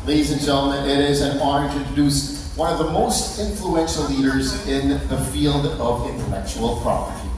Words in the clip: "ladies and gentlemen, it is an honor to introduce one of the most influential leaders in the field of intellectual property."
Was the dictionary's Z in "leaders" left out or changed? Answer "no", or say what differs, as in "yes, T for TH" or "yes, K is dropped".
no